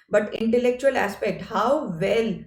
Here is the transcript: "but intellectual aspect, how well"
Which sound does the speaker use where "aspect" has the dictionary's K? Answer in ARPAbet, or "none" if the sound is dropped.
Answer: K